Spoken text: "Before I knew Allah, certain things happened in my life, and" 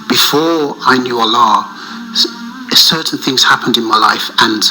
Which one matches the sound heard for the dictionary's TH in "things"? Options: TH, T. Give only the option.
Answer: TH